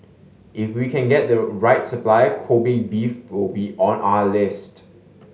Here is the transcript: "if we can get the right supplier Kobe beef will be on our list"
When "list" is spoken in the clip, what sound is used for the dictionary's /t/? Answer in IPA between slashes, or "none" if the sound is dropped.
/t/